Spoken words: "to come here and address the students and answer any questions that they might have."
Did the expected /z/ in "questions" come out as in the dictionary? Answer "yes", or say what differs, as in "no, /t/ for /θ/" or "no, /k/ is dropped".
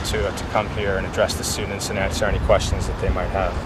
yes